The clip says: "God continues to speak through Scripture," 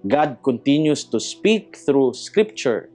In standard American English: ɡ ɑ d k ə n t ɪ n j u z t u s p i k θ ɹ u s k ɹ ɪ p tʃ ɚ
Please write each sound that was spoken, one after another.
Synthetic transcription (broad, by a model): ɡ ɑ d k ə n t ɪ n j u s t u s p i k θ ɹ u s k ɹ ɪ p tʃ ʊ